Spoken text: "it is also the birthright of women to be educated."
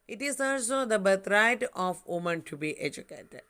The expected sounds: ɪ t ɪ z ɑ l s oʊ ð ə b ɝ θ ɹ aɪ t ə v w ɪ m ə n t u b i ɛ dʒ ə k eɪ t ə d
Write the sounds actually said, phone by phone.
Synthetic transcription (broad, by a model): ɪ t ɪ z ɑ s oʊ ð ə b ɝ t ɹ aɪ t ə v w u m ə n t u b i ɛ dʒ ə k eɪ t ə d